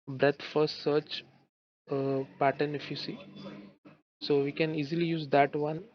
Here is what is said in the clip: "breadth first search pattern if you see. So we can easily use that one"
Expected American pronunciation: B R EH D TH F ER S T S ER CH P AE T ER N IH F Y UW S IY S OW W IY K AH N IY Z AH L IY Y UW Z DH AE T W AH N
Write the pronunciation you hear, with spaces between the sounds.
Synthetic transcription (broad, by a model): B R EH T F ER T S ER CH P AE T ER N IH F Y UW S IY S OW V IY K AH N IY Z AH L IY Y UW Z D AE T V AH N